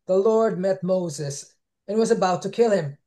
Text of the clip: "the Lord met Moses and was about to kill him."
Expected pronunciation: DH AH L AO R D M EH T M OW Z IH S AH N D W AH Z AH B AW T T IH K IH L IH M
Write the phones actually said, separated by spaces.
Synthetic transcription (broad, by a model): DH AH L AO R D M EH T M OW Z IH S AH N W AH Z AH B AW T T IH K IH L IH M